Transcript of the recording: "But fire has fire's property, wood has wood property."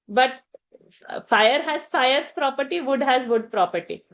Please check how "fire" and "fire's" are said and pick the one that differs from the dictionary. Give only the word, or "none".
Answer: fire's